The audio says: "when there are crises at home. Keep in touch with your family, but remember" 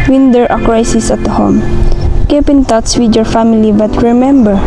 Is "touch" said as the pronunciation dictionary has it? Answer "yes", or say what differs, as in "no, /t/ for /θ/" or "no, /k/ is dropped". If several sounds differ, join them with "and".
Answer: no, /s/ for /tʃ/